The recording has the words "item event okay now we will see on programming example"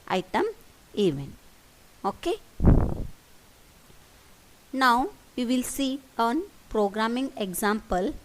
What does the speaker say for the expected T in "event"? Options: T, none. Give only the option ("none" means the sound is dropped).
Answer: none